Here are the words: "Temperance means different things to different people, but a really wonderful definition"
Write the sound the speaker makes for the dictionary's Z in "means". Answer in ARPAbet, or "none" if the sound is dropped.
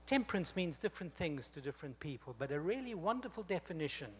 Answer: Z